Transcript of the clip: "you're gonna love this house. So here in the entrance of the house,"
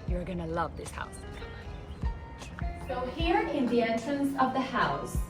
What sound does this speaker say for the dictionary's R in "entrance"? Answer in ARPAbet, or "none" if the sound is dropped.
none